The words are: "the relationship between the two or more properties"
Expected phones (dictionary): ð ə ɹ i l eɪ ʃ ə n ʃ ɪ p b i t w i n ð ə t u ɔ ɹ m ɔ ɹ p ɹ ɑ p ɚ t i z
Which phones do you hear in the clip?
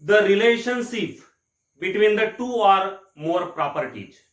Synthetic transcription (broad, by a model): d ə ɹ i l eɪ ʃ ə n s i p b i t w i n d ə t u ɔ ɹ m ɔ ɹ p ɹ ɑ p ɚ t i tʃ